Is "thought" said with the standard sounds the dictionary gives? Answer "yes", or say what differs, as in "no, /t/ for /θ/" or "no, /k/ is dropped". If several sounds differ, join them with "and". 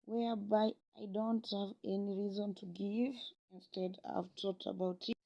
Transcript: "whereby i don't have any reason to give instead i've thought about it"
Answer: no, /t/ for /θ/